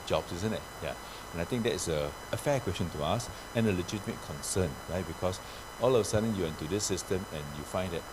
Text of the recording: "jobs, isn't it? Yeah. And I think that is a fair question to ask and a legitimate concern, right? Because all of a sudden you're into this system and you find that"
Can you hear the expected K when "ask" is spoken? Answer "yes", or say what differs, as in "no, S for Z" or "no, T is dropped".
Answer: no, K is dropped